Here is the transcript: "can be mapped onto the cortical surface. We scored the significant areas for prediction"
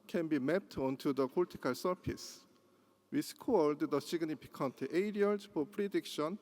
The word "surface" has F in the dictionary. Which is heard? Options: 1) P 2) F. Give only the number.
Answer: 1